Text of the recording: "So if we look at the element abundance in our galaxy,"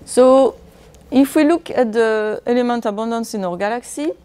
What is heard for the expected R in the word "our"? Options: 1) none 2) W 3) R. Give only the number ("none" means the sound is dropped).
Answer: 3